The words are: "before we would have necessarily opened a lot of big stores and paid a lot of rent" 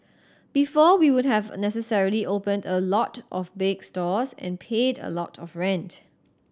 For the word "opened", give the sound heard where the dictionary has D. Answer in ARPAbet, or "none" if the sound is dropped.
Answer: D